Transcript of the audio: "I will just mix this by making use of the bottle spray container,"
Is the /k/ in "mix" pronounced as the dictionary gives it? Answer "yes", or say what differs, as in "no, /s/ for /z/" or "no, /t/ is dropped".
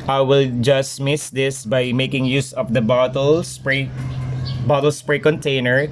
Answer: no, /k/ is dropped